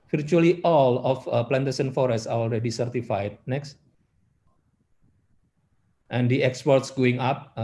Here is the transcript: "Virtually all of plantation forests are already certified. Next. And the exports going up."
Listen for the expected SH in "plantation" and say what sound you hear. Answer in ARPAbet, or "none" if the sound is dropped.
S